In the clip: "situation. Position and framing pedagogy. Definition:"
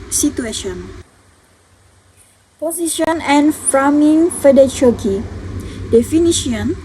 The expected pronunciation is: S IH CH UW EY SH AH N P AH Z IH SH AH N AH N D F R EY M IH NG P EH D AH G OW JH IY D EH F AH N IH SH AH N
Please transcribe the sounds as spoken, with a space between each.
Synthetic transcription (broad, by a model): S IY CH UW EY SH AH N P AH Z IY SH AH N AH N F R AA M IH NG F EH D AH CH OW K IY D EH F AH N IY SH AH N